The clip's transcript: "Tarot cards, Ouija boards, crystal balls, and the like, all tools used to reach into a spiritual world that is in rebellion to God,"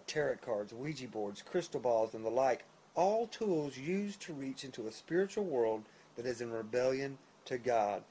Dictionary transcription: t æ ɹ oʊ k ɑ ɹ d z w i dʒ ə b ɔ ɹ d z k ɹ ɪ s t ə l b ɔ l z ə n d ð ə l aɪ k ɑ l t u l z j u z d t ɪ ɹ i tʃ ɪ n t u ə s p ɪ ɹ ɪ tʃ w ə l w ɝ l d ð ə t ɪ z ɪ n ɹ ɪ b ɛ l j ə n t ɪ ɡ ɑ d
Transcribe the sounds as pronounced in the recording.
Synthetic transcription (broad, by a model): t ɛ ɹ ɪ k ɑ ɹ d z w i dʒ ə b ɔ ɹ d z k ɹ ɪ s t l b ɔ l z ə n ð ə l aɪ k ɑ l t u l z j u z t ɪ ɹ i tʃ ɪ n t u ə s p ɪ ɹ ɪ tʃ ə l w ɝ l d ð ə t ɪ z ɪ n ɹ ɪ b ɛ l j ə n t ɪ ɡ ɑ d